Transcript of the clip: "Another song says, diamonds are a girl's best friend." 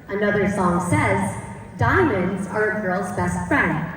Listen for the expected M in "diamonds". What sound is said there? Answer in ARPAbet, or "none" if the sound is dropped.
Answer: M